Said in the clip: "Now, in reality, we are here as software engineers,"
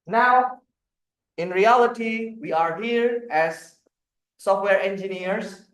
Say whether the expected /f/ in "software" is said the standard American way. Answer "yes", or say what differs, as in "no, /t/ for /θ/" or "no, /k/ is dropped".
yes